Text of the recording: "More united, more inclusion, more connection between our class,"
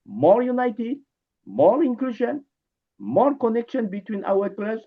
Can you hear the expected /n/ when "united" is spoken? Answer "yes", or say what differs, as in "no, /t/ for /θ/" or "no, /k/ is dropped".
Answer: yes